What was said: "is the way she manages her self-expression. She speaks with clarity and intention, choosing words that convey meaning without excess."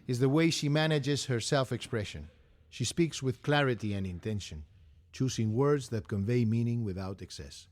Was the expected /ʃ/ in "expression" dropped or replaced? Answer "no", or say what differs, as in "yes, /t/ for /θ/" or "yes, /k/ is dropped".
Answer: no